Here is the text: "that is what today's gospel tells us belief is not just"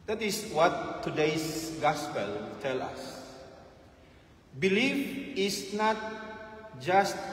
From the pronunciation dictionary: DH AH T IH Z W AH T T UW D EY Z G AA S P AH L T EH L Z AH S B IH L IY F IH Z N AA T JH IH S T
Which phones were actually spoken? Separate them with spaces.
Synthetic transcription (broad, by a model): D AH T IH S W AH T T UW D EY S G AA S P AH L T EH L AH S B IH L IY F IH S N AA T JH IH S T